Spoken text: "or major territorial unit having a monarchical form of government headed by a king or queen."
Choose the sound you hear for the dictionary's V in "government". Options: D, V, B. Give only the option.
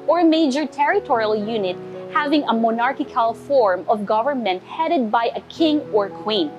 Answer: V